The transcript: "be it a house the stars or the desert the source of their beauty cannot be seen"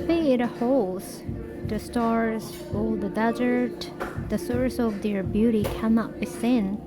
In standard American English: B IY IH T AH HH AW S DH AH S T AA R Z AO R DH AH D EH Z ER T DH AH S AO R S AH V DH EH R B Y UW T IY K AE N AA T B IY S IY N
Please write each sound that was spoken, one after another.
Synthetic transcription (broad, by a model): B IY IH T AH HH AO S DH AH S T AA R Z AO L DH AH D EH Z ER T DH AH S AO R S AH V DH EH R B Y UW T IY K AE N AA T B IY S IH N